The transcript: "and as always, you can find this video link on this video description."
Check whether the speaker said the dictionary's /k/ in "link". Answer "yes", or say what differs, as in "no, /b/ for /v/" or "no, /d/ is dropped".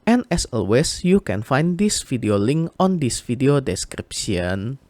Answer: yes